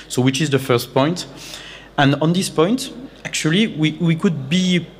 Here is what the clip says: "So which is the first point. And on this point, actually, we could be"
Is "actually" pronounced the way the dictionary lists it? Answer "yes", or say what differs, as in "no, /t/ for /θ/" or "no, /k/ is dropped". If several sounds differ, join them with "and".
no, /w/ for /l/